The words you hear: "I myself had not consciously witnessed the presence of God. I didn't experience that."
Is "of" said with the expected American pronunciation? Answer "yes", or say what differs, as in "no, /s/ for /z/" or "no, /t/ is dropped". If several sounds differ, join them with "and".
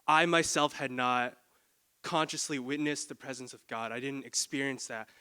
yes